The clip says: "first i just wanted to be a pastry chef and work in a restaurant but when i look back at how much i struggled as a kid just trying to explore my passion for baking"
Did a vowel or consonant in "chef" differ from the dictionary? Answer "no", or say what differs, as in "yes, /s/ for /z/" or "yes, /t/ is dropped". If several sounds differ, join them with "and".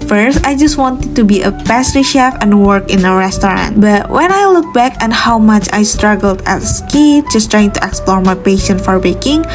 no